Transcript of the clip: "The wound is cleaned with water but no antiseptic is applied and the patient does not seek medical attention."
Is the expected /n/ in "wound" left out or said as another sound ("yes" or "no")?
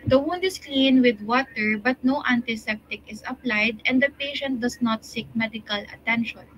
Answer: no